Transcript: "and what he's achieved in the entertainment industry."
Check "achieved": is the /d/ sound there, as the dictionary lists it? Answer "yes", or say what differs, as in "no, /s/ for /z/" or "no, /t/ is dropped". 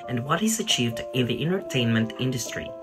yes